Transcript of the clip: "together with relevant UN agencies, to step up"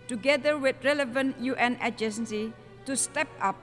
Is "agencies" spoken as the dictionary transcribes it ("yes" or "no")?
no